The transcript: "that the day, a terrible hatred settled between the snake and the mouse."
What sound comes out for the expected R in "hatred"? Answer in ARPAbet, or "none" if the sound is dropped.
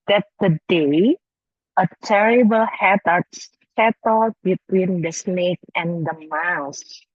none